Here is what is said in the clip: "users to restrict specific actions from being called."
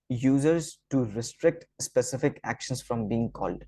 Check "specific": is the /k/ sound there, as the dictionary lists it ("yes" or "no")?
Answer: yes